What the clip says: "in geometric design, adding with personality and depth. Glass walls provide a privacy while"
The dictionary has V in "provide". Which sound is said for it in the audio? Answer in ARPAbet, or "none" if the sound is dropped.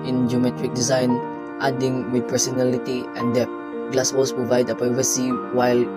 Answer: V